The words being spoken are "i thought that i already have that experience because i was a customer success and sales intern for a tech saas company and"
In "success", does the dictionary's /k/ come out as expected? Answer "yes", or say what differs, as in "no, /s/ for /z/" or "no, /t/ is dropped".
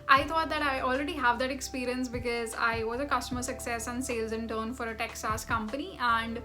yes